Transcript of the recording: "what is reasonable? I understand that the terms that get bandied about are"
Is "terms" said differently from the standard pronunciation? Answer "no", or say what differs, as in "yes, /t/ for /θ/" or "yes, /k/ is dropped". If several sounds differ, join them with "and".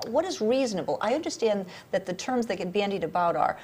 no